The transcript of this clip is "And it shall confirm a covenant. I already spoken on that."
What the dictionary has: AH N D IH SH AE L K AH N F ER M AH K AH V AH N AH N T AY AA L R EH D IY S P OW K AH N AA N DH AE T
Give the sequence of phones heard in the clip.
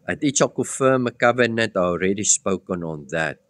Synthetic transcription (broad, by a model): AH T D IH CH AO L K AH F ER M AH K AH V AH N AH N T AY AA L R EH D IY S P OW K AH N AA N DH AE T